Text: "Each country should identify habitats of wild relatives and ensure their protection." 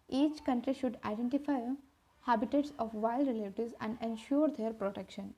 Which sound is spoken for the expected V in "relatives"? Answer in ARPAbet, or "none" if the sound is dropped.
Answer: none